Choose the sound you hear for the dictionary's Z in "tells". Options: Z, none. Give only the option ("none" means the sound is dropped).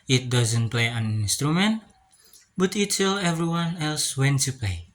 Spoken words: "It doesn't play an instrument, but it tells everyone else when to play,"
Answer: none